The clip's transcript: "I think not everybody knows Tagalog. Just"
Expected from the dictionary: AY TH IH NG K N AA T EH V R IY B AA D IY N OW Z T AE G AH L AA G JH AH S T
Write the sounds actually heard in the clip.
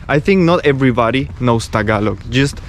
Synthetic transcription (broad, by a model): AY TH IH NG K N AA T EH V R IY B AA D IY N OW S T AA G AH L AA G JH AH S T